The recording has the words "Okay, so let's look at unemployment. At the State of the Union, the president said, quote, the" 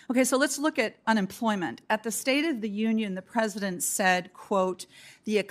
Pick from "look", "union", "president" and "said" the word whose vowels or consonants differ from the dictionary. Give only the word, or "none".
none